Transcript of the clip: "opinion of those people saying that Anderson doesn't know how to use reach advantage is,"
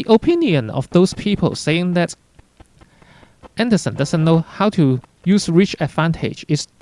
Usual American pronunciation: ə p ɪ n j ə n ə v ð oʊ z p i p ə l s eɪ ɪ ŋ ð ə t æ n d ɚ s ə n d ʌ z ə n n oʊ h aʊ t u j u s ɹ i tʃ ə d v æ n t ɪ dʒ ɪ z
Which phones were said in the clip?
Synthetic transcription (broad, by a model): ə p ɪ n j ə n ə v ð oʊ s p i p ə l s eɪ ɪ ŋ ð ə t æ n d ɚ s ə n d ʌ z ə n n oʊ h aʊ t u j u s ɹ i tʃ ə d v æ n t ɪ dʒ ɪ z